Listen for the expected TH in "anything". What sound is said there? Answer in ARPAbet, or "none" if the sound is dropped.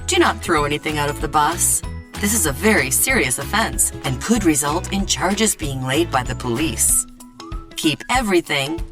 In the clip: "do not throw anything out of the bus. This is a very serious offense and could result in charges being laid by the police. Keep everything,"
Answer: TH